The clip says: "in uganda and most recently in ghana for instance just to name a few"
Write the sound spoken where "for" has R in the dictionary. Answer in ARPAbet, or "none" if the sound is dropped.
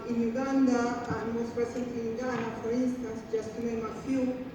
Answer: R